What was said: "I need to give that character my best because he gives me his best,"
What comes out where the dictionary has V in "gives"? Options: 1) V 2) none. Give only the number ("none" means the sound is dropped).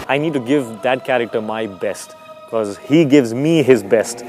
1